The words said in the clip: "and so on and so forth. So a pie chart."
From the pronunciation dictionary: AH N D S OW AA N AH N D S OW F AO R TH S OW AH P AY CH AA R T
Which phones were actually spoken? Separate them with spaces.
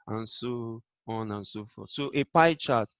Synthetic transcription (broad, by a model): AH N S OW AA N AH N S OW F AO S OW AH P AY CH AA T